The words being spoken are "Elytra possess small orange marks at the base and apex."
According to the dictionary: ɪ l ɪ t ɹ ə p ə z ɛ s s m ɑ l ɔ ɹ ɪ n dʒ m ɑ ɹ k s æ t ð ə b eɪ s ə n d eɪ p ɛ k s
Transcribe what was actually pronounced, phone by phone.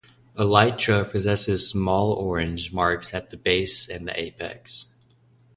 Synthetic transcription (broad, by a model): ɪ l ɪ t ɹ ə p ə z ɛ s s m ɑ l ɔ ɹ ɪ n dʒ m ɑ ɹ k s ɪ t ð ə b eɪ s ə n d eɪ p ɛ k s